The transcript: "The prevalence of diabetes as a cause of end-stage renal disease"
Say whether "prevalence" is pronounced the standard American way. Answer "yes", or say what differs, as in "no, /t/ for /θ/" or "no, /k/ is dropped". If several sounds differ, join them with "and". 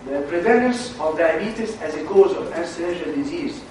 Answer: no, /n/ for /l/ and /n/ is dropped